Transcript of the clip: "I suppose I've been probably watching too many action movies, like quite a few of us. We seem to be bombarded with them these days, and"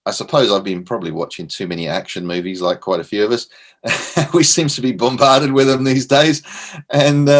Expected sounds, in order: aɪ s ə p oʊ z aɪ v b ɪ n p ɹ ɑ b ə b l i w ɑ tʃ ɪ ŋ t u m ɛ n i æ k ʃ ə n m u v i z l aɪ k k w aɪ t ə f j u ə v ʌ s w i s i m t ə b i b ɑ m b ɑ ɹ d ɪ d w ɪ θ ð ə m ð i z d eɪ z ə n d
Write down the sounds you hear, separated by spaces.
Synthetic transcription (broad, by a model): aɪ s ə p oʊ z aɪ v b ɪ n p ɹ ɑ b ə b l i w ɑ tʃ ɪ ŋ t u m ɛ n i æ k ʃ ə n m u v i z l aɪ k k w aɪ t ə f j u ə v ʌ s w i s i m t ə b i b ɑ m b ɑ ɹ d ɪ d w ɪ ð ə m ð i z d eɪ z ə n